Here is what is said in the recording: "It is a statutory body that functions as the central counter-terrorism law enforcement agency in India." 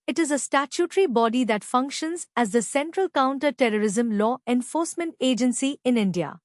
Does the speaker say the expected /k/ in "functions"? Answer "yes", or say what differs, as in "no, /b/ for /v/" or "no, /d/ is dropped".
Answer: yes